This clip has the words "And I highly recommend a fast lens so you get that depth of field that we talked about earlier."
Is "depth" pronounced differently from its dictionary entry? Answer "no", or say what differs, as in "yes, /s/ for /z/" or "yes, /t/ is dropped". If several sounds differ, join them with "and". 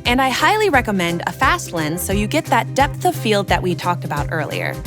no